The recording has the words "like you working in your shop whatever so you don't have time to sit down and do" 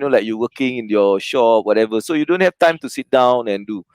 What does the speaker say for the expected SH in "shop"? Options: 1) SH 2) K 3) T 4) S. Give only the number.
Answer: 1